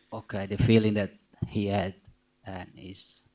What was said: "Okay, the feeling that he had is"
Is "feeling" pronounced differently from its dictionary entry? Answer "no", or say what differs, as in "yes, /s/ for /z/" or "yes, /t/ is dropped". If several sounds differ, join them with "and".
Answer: no